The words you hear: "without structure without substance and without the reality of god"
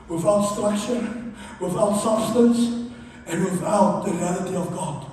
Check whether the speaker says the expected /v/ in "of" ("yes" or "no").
yes